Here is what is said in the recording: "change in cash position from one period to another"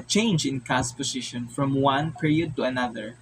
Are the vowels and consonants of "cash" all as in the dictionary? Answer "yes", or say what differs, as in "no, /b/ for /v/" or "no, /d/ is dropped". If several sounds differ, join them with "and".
no, /s/ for /ʃ/